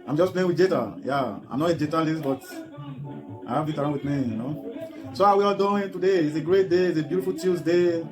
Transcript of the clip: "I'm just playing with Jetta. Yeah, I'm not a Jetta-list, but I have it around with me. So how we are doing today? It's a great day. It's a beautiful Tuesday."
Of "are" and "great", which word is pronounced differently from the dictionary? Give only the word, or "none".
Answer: are